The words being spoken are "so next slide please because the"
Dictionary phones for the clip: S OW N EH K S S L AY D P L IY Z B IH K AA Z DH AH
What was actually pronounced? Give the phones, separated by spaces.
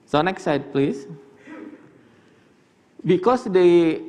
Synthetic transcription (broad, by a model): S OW N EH K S S AY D P L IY S B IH K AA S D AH